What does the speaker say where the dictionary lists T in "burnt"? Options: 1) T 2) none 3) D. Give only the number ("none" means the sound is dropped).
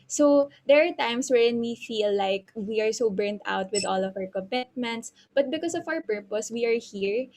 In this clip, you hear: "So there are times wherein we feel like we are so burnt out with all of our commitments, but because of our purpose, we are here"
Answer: 1